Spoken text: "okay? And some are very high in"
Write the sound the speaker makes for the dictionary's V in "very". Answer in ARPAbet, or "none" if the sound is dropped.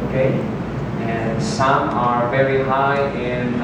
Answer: V